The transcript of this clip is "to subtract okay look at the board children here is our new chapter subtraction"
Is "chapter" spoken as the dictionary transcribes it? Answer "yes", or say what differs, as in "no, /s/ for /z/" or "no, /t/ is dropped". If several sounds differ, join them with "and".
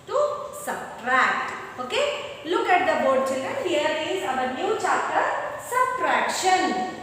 no, /p/ is dropped